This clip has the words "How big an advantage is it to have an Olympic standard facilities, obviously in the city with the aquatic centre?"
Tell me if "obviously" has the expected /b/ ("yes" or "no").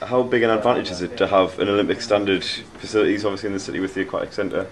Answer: no